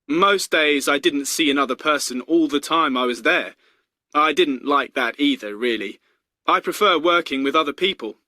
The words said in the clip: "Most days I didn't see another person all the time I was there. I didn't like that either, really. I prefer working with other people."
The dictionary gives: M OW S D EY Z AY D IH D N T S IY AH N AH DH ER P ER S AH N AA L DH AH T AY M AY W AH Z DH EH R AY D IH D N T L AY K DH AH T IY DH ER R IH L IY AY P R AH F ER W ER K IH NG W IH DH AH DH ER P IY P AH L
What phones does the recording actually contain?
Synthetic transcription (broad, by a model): M OW S D EY Z AY D IH D N T S IY AH N AH DH ER P ER S AH N AA L DH AH T AY M AY W AH Z DH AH R AY D IH D N T L AY K DH AH T IY DH ER R IH L IY AY P R AH F ER W ER K IH NG W IH DH AH DH ER P IY P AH L